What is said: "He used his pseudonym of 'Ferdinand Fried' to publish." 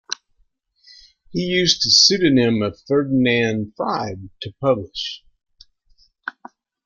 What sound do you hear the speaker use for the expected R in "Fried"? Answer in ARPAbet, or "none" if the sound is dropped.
none